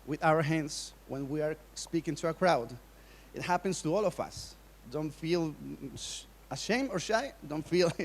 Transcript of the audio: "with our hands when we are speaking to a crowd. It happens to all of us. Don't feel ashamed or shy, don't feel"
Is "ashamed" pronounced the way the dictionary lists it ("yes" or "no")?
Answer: no